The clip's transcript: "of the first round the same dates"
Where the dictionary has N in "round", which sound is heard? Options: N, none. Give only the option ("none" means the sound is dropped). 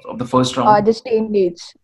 none